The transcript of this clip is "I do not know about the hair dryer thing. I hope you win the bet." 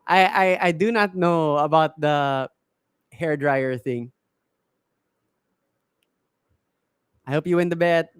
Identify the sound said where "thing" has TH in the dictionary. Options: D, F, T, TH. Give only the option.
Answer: TH